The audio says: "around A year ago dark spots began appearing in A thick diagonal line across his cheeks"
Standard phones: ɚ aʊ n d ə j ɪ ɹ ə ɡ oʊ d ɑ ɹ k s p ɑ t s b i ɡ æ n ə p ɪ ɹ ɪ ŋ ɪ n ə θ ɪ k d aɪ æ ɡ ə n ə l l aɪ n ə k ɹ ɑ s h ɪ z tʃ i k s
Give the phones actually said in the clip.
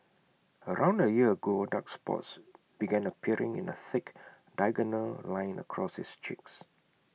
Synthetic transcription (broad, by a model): ɚ aʊ n d ə j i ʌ ə ɡ oʊ d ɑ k s p ɑ t s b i ɡ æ n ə p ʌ ɹ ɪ ŋ ɪ n ə θ ɪ k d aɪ ɡ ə n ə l l aɪ n ə k ɹ ɑ s h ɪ s tʃ i k s